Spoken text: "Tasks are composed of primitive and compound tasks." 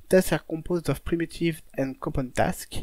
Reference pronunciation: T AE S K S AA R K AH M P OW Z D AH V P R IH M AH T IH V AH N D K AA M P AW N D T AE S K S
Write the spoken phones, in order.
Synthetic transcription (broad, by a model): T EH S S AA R K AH P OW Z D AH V P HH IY M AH T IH V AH N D K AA P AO N T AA S K